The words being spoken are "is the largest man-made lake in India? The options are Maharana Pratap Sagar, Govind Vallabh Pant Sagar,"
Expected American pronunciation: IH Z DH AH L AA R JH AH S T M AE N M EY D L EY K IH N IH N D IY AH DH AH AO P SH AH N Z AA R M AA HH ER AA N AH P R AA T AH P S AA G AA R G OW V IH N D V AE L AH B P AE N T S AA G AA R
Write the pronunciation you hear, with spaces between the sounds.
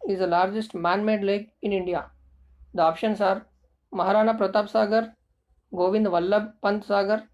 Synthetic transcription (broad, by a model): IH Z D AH L AA R JH AH S T M AE N M EY D L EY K IH N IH N D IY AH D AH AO P SH AH N S AA R M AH HH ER AA N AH P R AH T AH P S AA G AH R G OW V IH N D V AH L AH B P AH N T S AA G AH R